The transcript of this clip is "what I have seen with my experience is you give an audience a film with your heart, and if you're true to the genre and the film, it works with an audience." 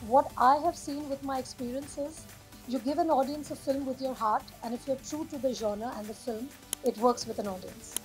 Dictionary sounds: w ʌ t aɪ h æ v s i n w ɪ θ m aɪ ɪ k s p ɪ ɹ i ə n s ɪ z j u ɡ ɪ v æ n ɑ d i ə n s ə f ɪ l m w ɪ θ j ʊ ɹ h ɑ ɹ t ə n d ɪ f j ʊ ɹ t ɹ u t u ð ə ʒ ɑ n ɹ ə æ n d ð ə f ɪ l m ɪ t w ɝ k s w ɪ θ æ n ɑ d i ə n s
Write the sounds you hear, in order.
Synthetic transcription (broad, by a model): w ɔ t aɪ h æ v s i n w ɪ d m aɪ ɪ k s p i ɹ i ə n s ɪ z j u ɡ ɪ v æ n ɑ d i ə n s ə f ɪ l m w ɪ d j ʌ ɹ h ɑ ɹ t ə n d ɪ f j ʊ ɹ t ɹ u t u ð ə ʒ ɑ n ə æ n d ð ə f ɪ l m ɪ t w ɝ k s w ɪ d æ n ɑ d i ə n s